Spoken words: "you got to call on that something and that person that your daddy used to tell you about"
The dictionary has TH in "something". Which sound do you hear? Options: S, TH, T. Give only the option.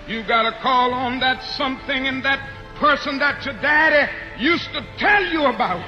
TH